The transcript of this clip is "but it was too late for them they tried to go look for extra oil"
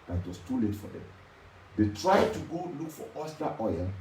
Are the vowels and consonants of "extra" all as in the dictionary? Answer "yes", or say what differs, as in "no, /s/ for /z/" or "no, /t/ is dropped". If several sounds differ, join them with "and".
no, /k/ is dropped and /ɹ/ is dropped